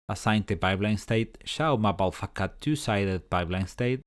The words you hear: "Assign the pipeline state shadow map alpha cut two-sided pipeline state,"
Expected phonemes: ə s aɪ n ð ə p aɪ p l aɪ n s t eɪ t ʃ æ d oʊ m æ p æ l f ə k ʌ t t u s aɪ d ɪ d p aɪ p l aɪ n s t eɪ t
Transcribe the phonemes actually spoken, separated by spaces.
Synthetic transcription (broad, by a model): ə s aɪ n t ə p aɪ b l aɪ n s t eɪ t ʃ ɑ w m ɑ b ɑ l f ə k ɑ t t u s aɪ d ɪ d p aɪ b l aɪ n s t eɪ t